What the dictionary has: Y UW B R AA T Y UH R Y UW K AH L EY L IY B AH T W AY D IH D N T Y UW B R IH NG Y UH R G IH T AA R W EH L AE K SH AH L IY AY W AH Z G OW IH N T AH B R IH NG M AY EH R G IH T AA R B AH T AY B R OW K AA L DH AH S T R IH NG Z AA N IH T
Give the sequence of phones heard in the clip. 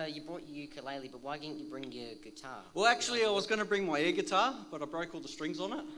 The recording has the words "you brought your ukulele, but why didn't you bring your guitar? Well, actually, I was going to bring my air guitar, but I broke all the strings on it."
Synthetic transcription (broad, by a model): Y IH B R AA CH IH K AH L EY L IY B AH T W AY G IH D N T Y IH B R IH NG Y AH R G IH T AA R W EH L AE K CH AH L IY AY W AH Z G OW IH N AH B R IH NG M AY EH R G IH T AA R B AH T AY B R OW K AA L DH AH S T R IH NG Z N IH T